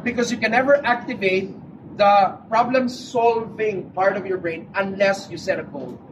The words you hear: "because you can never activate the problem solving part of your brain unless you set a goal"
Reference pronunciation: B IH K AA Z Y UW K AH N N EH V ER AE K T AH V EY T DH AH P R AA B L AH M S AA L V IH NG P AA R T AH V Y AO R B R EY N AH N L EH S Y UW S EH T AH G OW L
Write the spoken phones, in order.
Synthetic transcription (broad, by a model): B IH K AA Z Y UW K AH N N EH V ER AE K T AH V EY T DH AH P R AA B L AH M S AA L V IH NG P AA R T AH V Y AO R B R EY N AH N L EH S Y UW S EH T AH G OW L